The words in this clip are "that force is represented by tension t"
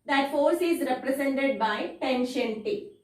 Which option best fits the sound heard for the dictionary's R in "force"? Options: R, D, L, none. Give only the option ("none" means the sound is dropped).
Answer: R